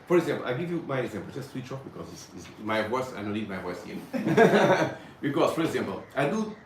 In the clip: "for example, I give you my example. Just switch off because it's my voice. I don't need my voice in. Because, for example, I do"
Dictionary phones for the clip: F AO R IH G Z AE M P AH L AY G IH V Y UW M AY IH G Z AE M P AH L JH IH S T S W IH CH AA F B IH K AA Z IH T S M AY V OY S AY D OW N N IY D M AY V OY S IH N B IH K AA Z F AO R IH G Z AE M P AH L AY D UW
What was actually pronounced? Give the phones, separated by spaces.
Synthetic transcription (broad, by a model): F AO R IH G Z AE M P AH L AY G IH V Y UW M AY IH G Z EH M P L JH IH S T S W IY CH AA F B IH K AA Z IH S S M AY V OY S AY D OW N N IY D M AY V OY S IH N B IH K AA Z F AO R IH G Z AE M P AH L AY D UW